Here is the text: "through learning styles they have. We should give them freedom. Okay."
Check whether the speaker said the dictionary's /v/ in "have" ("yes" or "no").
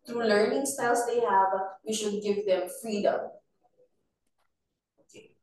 yes